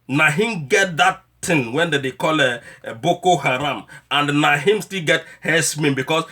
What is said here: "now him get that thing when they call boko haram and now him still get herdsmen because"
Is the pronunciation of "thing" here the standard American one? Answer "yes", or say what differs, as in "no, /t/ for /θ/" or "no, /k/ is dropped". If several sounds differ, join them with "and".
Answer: no, /t/ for /θ/